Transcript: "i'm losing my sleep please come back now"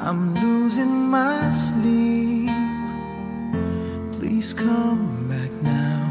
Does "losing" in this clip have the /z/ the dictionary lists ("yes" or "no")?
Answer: yes